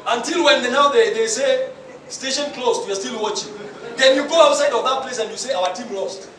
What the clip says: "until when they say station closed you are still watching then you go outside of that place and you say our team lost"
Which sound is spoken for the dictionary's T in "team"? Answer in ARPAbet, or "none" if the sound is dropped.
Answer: T